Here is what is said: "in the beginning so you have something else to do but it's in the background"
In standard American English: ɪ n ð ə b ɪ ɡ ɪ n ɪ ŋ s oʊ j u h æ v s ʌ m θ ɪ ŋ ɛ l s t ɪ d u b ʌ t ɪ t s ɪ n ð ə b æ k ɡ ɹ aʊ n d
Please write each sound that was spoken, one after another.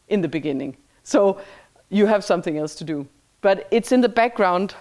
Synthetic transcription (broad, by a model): ɪ n ð ə b ɪ ɡ ɪ n ɪ ŋ s oʊ j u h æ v s ʌ m θ ɪ ŋ ɛ l s t ɪ d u b ʌ t ɪ t s ɪ n ð ə b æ k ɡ ɹ aʊ n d